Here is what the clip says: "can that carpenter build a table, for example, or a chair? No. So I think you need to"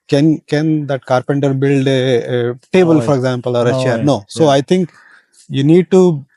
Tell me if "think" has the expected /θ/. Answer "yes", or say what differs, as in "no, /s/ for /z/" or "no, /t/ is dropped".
no, /t/ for /θ/